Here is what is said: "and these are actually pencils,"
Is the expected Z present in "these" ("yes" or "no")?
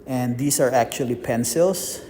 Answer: no